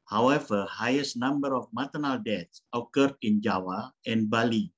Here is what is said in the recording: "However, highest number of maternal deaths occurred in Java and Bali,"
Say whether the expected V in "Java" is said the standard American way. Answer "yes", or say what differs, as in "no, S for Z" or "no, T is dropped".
no, W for V